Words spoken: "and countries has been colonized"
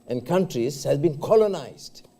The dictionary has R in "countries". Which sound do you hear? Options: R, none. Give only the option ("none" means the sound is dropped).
R